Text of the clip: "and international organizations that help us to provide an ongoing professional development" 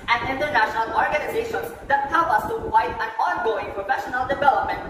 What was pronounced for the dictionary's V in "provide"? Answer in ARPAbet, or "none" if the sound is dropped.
none